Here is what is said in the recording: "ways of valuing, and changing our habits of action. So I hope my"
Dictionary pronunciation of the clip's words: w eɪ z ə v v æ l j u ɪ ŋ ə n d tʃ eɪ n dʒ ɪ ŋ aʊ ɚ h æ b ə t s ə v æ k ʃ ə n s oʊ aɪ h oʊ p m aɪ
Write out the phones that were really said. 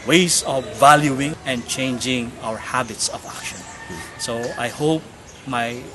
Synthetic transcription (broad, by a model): w eɪ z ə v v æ l j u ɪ ŋ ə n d tʃ eɪ n dʒ ɪ ŋ aʊ ɚ h æ b ə t s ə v æ k ʃ ə n s oʊ aɪ h oʊ p m aɪ